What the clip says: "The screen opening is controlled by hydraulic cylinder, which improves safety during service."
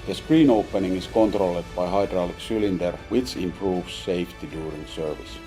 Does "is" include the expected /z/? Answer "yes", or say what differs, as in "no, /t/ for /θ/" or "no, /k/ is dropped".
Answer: no, /s/ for /z/